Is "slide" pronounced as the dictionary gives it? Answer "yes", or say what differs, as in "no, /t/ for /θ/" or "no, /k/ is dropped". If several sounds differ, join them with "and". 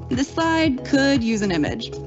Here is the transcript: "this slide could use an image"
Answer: no, /l/ is dropped